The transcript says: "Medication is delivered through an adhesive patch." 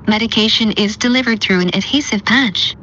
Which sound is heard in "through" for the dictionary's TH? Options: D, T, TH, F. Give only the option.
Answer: TH